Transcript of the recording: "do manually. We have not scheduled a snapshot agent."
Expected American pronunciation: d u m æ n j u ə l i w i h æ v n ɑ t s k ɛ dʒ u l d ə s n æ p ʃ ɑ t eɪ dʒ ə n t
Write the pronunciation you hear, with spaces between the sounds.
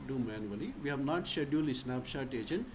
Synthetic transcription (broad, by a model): d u m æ n j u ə l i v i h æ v n ɑ t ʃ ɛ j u l ə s n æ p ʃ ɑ t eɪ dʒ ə n